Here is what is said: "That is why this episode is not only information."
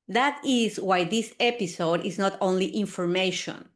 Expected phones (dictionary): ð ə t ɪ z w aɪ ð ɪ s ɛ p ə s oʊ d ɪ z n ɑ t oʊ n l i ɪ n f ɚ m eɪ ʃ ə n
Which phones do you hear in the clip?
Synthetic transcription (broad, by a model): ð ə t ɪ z w aɪ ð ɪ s ɛ p ə s oʊ d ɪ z n ɑ t oʊ n l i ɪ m f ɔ m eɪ ʃ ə n